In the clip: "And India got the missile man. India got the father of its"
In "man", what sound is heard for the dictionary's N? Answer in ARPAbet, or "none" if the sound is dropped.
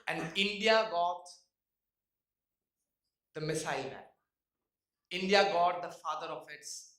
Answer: none